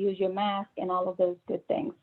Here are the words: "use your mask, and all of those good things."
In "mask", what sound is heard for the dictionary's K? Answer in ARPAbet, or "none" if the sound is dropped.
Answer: K